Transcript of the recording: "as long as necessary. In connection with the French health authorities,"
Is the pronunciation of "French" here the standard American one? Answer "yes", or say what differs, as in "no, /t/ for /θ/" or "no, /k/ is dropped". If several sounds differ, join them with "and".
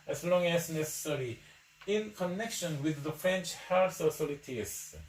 yes